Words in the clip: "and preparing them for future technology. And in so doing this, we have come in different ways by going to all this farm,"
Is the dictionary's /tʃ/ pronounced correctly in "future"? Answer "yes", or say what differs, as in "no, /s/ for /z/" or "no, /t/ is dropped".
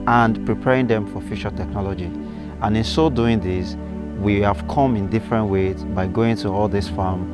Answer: no, /ʃ/ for /tʃ/